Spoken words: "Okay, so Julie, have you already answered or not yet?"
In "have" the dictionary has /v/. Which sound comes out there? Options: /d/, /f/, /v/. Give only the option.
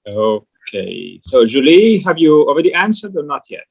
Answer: /v/